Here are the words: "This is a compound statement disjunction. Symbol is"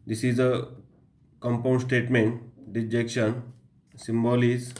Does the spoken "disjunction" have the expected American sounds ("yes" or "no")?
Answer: no